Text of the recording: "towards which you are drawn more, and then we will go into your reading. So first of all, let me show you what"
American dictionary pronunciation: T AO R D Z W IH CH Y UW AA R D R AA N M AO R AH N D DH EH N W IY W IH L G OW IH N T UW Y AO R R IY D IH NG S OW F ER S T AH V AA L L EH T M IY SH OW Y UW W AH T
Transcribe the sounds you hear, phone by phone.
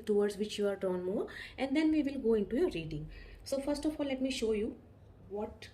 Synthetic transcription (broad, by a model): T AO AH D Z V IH CH Y UW AA R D AA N M AO R AH N D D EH N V IY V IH L G OW IH N T UW Y AO R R IY D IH NG S OW F ER S T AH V AA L L EH T M IY SH OW Y UW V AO T